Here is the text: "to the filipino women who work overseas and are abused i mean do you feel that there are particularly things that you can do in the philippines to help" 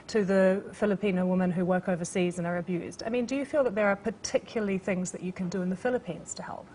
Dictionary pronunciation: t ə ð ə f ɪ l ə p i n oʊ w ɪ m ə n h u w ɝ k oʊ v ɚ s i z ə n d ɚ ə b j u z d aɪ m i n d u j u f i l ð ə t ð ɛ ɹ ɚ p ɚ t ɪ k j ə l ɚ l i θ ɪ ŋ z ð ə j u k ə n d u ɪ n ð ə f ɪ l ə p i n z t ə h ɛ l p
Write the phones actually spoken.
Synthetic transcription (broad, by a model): t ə ð ə f ɪ l ə p i n oʊ w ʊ m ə n h u w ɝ k oʊ v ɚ s i z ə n ɚ ə b j u z d aɪ m i n d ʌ j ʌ f i l ð ə t ð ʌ ɹ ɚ p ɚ t ɪ k j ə l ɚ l i θ ɪ ŋ z ð ə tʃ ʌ k ə n d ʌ ɪ n ð ə f ɪ l ə p i n z t ə h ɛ l p